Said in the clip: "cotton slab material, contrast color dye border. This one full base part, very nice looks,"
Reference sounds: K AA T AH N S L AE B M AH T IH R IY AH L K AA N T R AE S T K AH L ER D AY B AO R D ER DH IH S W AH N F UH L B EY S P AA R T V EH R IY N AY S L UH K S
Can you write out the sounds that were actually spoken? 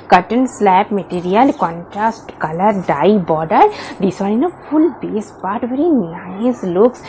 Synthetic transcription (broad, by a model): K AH T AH N S L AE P M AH T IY R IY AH L K AA N T R AE S T K AH L ER D AY B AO D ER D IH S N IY N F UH L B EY S P AA R T V EH R IY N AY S L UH K S